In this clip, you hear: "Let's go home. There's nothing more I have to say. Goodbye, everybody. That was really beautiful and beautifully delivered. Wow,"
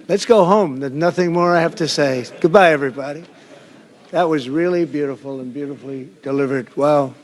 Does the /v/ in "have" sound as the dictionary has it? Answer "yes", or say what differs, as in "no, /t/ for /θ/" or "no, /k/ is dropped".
no, /f/ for /v/